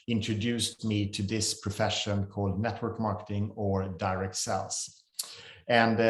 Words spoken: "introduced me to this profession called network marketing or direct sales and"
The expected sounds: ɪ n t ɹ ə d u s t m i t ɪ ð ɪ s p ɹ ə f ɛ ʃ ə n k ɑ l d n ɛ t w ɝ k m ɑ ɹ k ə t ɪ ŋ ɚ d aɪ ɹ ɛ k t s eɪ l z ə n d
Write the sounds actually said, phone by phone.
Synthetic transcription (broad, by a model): ɪ n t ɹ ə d u s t m i t ɪ ð ɪ s p ɹ ə f ɛ ʃ ə n k ɑ l d n ɛ t w ɝ k m ɑ ɹ k ə t ɪ ŋ ɚ d aɪ ɹ ɛ k t s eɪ l s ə n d